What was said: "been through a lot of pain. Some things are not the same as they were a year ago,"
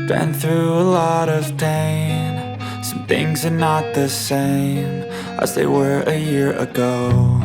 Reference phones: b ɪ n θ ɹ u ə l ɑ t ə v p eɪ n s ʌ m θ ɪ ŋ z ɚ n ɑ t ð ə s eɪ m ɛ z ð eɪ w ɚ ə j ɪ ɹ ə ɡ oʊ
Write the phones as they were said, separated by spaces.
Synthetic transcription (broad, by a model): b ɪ n θ ɹ u ə l ɑ t ə v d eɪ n s ʌ m θ ɪ ŋ z ɚ n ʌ t ð ə s eɪ m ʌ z ð eɪ w ɚ ə j ɪ ɹ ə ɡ oʊ